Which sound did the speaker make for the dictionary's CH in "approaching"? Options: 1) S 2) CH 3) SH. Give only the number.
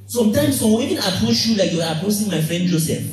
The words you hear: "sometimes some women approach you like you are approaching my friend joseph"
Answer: 1